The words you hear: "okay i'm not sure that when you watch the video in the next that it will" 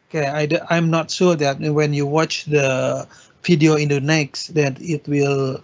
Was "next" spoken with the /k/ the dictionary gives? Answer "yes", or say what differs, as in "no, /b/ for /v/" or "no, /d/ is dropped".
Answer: yes